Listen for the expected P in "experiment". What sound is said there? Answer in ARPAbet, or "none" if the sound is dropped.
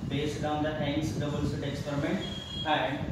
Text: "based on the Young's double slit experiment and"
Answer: P